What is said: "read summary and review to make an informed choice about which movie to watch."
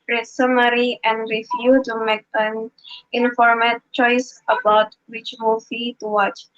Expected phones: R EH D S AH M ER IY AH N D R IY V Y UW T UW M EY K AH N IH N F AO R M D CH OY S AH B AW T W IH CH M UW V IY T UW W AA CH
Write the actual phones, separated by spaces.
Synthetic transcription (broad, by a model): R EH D S AH M ER IY AH N D R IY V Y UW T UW M EY K AH N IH N F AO R M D CH OY S AH B AW T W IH CH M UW F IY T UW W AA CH